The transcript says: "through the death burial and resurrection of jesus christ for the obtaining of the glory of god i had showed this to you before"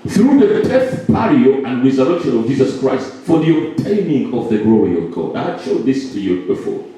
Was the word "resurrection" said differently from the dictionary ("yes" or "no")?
no